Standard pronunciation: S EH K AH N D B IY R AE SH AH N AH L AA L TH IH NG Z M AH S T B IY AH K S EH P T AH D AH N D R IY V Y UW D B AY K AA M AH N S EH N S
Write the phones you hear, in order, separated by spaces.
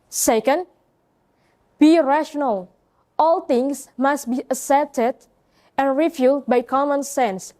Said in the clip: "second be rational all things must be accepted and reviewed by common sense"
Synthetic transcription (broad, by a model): S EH K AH N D B IY R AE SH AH N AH L AA L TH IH NG S M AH S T B IY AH S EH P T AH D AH N R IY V Y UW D B AY K AA M AH N S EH N S